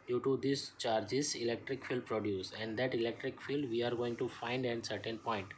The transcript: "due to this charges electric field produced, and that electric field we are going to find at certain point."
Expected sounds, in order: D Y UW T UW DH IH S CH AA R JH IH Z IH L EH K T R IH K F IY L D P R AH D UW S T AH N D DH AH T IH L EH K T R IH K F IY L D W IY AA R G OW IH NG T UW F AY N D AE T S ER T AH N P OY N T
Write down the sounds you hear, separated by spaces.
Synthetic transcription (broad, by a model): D Y UW T UW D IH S CH AA R JH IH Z IH L EH K T R IH K F IY L D P R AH D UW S AH N D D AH T IH L EH K T R IH K F IY L D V IY AA R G OW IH NG T UW F AY N D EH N S ER T AH N P OY N T